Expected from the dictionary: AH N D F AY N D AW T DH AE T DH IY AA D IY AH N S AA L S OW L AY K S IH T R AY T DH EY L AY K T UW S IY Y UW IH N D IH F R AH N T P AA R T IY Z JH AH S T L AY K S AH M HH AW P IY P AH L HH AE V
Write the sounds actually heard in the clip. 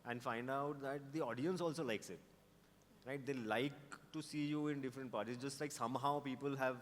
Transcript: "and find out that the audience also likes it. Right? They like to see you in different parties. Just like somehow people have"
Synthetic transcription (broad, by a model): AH N D F AY N D AW T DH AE T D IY AA D IY AH N S AA L S OW L AY K S IH T R AY T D EY L AY K T UW S IY Y UW IH N D IH F R AH N T P AA R T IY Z JH AH S T L AY K S AH M HH AW P IY P AH L HH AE V